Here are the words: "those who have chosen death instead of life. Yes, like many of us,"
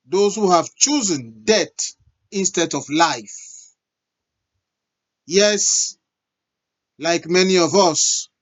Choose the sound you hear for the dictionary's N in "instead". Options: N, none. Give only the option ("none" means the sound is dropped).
N